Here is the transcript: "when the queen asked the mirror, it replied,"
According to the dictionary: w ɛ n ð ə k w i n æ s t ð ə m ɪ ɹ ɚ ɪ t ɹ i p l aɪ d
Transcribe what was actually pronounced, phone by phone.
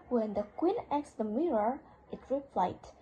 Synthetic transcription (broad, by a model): w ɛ n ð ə k w i n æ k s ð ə m ɪ ɹ ɚ ɪ t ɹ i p l aɪ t